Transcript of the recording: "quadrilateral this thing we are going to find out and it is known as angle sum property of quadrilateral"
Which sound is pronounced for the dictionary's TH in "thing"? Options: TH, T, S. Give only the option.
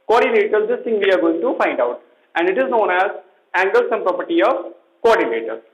T